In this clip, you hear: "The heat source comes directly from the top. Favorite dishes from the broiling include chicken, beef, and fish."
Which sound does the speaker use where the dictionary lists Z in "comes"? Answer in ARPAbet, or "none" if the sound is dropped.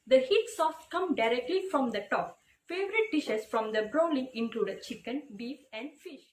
none